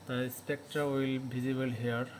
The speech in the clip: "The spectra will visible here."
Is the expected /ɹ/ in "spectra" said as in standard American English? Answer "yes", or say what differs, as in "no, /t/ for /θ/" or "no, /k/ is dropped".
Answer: yes